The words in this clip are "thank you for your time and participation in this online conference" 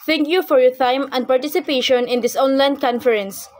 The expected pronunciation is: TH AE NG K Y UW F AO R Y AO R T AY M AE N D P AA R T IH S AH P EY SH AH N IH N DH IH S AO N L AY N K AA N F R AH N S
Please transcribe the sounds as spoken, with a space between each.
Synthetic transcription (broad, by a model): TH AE NG K Y UW F AO R Y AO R T AY M AE N D P AA R T IH S AH P EY SH AH N IH N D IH S AO N L AY N K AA N F R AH N S